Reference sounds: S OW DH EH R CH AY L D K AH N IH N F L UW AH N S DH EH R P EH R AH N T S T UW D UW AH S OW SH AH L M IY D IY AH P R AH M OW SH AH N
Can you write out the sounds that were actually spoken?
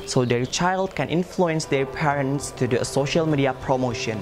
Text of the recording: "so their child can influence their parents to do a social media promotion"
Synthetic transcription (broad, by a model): S OW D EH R CH AY L D K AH N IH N F L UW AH N S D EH R P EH R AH N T S T UW D UW AH S OW SH AH L M IY D IY AH P R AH M OW SH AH N